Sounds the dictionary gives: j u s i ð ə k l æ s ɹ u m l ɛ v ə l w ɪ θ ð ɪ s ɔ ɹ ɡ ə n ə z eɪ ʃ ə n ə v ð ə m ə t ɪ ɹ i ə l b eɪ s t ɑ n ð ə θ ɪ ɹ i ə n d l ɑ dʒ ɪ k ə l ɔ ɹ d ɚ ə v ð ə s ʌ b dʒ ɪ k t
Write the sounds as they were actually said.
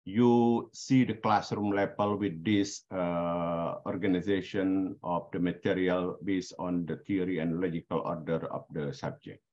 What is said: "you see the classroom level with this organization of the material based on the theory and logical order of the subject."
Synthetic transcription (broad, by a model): j u s i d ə k l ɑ s ɹ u m l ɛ p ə l w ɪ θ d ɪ s ɔ ɹ ɡ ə n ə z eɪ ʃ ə n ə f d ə m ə t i ɹ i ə l b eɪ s ɑ n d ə t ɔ ɹ i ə n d l ɑ dʒ ɪ k ə l ɔ ɹ d ɚ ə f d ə s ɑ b dʒ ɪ k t